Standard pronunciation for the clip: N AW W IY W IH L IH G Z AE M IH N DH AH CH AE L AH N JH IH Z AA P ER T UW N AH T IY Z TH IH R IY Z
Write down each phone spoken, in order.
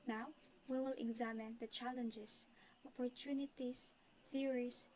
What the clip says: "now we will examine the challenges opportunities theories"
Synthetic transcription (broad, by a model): N AW W IY W IH L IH G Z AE M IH N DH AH CH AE L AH N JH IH S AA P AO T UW N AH T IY S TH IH R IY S